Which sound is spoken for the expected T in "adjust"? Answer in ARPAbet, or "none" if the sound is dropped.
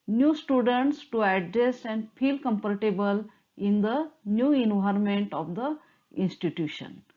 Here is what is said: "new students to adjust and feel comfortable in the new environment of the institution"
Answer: none